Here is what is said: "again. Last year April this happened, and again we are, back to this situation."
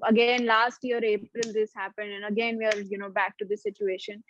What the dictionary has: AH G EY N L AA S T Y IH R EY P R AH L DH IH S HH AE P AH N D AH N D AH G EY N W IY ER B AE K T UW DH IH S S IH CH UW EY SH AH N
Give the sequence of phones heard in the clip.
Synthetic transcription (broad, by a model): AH G EY N L AA S T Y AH R EY P R AH L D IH S HH AE P AH N D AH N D AH G EY N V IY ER B AE K T UW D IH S S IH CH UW EY SH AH N